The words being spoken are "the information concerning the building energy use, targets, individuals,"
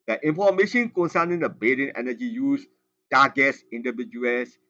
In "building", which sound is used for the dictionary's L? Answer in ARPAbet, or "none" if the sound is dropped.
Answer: none